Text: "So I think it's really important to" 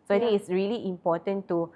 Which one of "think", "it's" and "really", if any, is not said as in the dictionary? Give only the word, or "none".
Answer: think